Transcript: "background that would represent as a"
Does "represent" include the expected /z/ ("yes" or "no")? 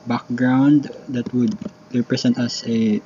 no